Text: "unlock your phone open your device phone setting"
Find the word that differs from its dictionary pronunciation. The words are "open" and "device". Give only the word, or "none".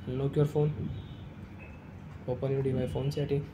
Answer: device